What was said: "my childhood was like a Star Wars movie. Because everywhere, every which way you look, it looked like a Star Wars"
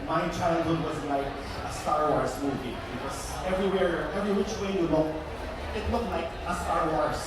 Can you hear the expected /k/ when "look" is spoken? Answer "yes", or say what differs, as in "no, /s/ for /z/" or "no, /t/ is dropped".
no, /k/ is dropped